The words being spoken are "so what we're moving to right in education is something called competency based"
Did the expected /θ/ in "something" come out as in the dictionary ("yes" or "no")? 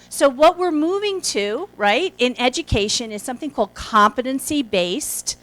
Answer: yes